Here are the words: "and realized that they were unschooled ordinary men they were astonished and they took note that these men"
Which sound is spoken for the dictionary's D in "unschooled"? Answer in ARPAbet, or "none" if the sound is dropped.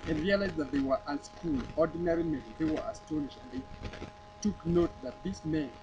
none